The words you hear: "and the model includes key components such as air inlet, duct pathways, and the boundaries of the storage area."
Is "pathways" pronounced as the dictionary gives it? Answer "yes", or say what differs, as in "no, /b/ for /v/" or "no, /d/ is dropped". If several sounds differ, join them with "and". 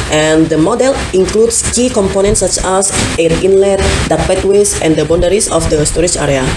no, /t/ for /θ/